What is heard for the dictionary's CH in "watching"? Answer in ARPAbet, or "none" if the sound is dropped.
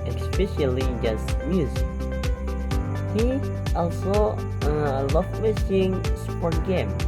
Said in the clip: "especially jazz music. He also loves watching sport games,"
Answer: S